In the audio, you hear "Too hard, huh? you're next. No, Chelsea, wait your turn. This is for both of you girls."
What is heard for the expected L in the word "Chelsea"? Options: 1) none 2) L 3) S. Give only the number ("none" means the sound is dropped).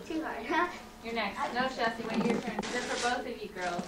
1